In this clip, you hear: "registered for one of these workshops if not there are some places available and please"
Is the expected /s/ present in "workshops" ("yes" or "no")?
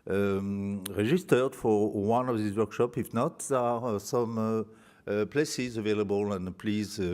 no